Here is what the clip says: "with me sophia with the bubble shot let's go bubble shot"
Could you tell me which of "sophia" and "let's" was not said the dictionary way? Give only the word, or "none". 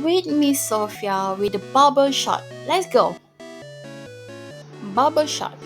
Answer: none